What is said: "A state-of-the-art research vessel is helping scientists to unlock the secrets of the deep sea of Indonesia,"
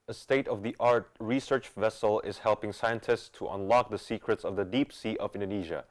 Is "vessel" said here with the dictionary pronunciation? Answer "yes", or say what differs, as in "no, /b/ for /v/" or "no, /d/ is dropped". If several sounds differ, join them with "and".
yes